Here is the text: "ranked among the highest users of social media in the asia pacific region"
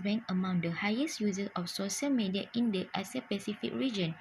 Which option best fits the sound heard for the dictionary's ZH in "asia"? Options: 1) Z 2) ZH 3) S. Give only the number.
3